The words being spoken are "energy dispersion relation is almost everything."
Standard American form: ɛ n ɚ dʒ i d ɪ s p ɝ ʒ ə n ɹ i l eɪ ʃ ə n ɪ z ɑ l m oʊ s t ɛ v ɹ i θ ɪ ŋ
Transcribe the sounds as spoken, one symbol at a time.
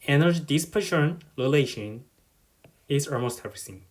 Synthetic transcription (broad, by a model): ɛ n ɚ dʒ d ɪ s p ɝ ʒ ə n l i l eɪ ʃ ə n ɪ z ɑ l m oʊ s t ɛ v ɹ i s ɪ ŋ